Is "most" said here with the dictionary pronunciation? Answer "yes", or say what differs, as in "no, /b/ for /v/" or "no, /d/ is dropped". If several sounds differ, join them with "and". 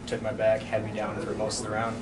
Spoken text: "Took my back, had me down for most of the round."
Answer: no, /s/ is dropped